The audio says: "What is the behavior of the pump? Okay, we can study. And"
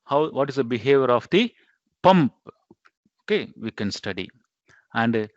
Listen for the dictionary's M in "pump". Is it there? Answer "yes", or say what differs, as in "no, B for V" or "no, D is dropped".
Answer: yes